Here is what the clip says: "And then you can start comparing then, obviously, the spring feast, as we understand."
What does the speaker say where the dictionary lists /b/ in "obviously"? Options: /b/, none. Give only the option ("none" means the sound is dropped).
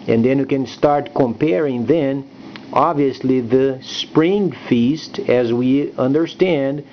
/b/